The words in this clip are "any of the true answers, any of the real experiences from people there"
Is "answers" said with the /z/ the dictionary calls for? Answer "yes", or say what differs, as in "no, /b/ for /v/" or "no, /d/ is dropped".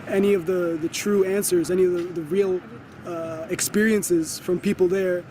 yes